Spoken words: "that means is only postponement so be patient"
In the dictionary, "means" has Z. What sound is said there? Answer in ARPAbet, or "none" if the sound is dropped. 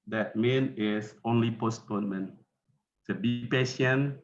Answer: none